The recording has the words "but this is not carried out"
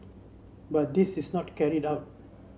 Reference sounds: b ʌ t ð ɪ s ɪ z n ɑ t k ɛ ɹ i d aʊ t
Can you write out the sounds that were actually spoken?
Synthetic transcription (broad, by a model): b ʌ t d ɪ s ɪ s n ɑ t k ɛ ɹ i d aʊ t